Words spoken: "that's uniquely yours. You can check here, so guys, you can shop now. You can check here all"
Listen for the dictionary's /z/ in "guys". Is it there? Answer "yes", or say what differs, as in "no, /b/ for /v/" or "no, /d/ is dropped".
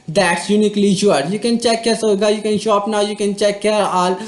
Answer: no, /z/ is dropped